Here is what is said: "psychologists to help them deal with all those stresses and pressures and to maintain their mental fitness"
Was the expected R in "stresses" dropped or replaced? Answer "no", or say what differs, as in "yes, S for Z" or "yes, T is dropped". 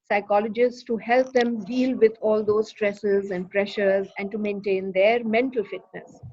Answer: no